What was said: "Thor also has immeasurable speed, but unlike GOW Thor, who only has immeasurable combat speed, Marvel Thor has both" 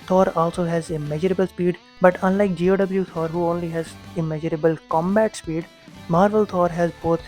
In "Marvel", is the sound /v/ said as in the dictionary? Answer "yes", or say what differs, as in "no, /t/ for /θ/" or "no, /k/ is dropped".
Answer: yes